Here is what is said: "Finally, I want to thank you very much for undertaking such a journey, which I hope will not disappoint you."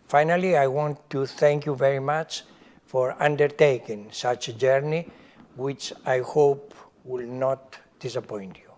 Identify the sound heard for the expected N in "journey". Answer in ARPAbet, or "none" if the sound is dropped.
N